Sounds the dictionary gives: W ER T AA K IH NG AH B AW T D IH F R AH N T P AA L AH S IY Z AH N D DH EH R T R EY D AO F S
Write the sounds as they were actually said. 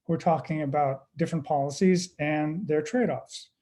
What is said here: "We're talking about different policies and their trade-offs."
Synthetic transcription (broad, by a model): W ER T AA K IH NG AH B AW T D IH F R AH N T P AA L AH S IY Z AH N DH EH R T R EY D AO F S